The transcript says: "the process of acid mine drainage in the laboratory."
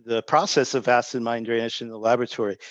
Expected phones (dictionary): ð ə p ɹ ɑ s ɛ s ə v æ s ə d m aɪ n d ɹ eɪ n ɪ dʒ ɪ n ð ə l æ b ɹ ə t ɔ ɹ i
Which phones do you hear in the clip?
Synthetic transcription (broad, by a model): ð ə p ɹ ɑ s ɛ s ə v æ s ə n m aɪ n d ɹ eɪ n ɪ ʃ ɪ n ð ə l æ b ɹ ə t ɔ ɹ i